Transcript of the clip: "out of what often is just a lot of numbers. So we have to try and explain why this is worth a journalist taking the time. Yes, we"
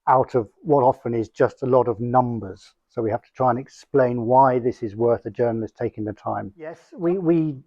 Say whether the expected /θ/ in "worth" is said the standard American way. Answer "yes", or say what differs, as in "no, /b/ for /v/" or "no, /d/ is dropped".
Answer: yes